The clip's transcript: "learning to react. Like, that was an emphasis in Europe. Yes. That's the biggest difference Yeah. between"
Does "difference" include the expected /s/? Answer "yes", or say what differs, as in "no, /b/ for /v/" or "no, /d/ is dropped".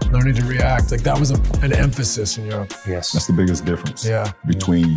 yes